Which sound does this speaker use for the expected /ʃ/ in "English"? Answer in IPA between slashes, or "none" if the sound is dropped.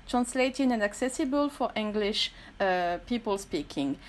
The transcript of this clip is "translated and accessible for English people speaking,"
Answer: /ʃ/